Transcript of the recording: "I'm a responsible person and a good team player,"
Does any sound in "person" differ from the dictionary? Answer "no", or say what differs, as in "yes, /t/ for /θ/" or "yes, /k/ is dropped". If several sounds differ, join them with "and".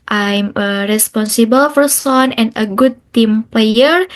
yes, /f/ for /p/